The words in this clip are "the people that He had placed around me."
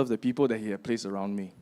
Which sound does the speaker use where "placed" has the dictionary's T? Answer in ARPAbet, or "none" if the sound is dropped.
none